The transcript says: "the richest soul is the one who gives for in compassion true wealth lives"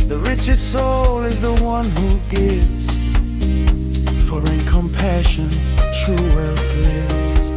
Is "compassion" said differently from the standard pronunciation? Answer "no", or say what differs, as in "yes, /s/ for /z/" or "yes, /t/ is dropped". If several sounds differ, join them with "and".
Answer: no